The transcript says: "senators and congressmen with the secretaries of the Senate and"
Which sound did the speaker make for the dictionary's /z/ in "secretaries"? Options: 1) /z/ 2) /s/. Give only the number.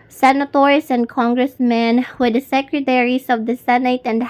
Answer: 2